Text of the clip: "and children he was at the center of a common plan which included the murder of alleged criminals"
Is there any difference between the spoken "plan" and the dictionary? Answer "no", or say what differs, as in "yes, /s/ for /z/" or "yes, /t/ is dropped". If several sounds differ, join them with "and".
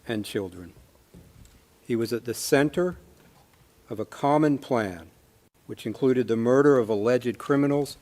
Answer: no